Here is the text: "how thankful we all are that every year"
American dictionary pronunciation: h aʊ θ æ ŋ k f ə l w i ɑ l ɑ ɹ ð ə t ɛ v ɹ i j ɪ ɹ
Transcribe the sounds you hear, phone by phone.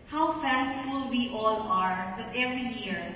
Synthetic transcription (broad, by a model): h aʊ f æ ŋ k f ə l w i ɑ l ɑ ɹ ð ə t ɛ v ɹ i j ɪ ɹ